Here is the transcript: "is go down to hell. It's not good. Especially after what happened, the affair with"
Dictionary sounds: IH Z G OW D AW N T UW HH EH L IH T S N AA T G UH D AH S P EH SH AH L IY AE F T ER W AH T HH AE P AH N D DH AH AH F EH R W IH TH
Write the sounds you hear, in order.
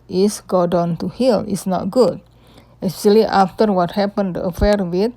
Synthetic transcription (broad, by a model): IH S G OW D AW N T UW HH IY L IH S N AA T G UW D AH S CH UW AH L IY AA F T ER W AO T HH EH P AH N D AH AH F EH R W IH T